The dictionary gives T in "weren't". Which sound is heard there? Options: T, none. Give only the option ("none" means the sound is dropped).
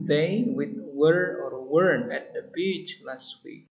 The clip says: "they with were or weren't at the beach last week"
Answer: none